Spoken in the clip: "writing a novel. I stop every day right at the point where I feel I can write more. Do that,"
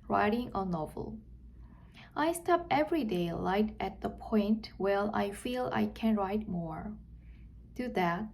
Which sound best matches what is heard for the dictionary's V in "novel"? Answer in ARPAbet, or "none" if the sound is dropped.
V